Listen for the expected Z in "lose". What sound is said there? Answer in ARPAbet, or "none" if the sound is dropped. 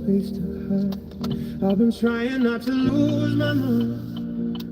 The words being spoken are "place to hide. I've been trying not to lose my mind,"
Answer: Z